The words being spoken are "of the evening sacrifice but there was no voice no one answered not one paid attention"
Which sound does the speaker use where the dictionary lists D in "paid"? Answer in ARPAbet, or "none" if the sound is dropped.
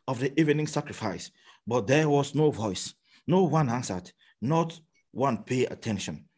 none